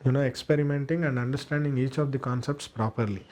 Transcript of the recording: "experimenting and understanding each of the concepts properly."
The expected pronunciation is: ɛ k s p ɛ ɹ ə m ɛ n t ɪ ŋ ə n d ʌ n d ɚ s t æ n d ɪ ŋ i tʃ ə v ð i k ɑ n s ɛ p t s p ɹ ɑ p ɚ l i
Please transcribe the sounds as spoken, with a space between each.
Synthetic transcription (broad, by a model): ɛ k s p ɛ ɹ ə m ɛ n t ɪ ŋ ə n d ʌ n d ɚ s t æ n d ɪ ŋ i tʃ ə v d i k ɑ n s ɛ p t s p ɹ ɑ p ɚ l i